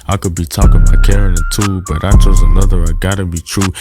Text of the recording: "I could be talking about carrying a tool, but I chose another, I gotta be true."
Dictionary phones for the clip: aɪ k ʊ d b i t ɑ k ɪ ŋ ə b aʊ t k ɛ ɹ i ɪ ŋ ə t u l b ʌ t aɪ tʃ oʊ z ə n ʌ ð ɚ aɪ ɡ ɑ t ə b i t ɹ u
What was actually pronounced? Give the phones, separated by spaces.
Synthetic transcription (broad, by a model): aɪ k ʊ d b i t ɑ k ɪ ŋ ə ɪ k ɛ ɹ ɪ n ə t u b ʌ t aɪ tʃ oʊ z ə n ʌ ð ɚ aɪ ɡ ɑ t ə b i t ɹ u